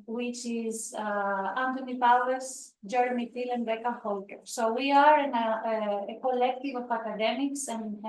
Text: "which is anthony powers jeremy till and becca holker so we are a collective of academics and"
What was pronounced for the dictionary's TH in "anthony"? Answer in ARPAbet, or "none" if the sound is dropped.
T